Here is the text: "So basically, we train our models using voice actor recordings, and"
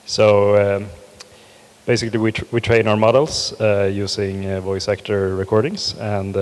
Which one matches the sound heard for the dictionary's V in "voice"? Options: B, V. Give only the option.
V